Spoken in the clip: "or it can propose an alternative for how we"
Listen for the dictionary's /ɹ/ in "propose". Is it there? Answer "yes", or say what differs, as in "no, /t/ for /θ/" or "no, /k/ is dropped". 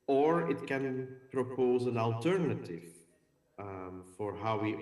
yes